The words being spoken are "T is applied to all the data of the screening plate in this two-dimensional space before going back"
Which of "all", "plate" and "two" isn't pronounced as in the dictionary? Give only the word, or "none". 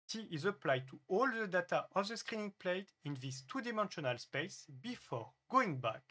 none